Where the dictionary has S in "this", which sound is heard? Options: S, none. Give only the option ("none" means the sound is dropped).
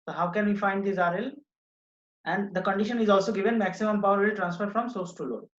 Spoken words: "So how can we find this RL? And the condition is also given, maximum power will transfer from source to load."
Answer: none